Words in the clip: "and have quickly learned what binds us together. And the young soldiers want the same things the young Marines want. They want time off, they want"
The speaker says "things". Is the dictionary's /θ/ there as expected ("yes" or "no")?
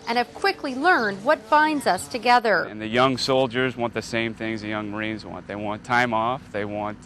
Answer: yes